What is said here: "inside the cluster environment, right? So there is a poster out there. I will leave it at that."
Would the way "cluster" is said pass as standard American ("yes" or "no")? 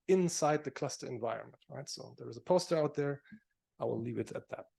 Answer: yes